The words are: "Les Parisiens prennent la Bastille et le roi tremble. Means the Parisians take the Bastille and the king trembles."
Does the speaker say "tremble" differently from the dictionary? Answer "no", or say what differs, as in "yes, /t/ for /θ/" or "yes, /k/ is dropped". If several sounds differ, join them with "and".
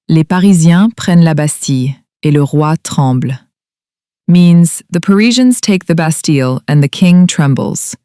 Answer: yes, /m/ is dropped